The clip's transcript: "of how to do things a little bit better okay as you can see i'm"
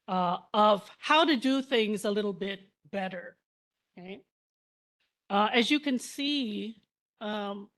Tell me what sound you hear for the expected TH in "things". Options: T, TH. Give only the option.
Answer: TH